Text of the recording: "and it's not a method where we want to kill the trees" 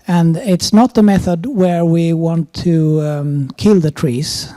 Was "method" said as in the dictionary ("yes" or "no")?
yes